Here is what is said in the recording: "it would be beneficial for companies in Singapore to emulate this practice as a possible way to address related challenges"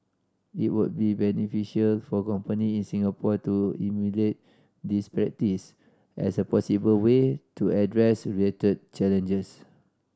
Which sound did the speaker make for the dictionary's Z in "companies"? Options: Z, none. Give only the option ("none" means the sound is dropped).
none